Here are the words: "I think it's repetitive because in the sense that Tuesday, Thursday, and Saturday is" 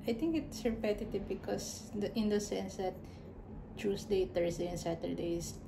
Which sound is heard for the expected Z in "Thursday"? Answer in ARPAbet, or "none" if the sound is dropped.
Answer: S